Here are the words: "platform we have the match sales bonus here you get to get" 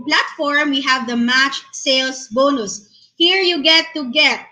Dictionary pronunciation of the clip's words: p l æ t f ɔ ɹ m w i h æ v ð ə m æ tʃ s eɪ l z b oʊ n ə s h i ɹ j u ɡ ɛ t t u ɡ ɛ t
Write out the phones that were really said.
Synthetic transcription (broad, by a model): p l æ t f ɔ ɹ m w i h æ v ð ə m æ tʃ s eɪ l s b oʊ n ə s h i ɹ j u ɡ ɛ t t u ɡ ɛ t